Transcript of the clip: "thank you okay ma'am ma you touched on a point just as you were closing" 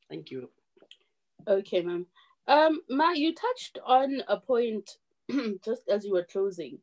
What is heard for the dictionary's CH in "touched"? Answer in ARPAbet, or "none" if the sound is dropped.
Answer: CH